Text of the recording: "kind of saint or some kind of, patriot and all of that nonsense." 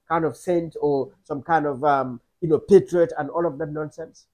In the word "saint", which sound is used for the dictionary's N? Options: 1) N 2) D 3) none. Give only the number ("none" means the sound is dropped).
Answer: 1